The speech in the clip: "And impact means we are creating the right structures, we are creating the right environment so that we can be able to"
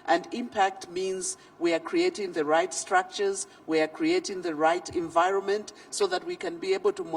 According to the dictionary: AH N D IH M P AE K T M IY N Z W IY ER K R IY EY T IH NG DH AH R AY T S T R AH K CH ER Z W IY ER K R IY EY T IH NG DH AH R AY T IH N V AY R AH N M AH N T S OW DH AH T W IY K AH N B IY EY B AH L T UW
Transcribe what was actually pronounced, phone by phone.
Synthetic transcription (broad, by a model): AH N D IH M P AE K T M IY N Z W IY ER K R IY EY T IH NG DH AH R AY T S T R AH K CH ER Z W IY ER K R IY EY T IH NG DH AH R AY T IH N V AY R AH N M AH N T S OW DH AH T W IY K AH N B IY EY B AH L T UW